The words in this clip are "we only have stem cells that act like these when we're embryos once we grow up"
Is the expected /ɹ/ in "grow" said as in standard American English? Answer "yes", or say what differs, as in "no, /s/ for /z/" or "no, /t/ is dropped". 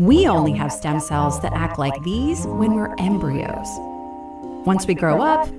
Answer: yes